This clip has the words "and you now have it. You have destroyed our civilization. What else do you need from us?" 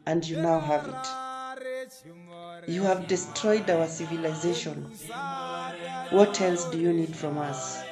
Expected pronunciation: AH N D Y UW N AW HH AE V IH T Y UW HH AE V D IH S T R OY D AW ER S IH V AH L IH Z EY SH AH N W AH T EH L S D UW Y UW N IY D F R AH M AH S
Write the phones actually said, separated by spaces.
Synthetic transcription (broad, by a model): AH N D Y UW N AW HH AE V IH T Y UW HH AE V D IH S T R OY D AW ER S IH V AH L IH Z EY SH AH N W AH T EH L S D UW Y UW N IY D F R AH M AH S